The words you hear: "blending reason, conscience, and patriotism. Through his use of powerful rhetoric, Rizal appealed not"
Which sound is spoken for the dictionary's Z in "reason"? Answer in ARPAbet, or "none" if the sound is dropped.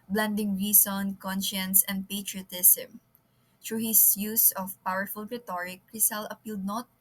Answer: S